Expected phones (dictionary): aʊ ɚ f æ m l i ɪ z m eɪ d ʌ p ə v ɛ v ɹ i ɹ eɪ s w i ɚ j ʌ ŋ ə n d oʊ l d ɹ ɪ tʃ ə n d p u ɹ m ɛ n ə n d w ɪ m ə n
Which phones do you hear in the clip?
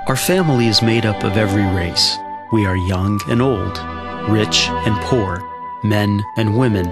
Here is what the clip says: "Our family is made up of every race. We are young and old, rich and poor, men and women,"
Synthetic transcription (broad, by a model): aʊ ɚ f æ m l i ɪ z m eɪ d ʌ p ə v ɛ v ɹ i ɹ eɪ s w i ɚ j ʌ ŋ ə n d oʊ l d ɹ ɪ tʃ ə n p u ɹ m ɛ n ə n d w ɪ m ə n